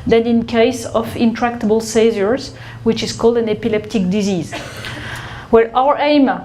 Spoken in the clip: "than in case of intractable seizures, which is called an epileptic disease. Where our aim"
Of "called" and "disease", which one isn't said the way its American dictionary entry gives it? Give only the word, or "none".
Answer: none